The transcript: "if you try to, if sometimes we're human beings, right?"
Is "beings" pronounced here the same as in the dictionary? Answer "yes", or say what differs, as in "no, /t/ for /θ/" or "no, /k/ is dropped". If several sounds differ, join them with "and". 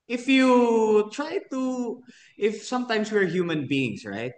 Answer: no, /s/ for /z/